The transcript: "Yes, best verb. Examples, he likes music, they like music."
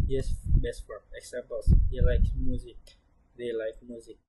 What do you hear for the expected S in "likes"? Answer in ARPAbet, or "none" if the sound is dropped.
none